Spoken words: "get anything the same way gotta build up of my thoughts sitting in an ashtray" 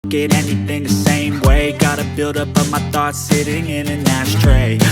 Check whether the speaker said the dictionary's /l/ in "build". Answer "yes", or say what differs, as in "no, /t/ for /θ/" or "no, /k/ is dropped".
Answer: yes